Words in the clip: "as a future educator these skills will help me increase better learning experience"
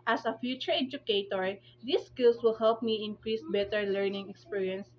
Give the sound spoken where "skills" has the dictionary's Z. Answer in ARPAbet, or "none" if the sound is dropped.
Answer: S